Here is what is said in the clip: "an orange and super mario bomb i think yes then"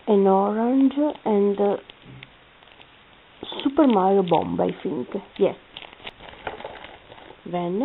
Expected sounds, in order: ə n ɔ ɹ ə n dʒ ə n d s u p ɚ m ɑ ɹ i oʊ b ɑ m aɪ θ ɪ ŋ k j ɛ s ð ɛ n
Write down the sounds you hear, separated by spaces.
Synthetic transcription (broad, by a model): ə n ɔ ɹ ə n dʒ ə n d s u p ɚ m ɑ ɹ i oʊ b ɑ m aɪ f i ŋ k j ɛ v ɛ n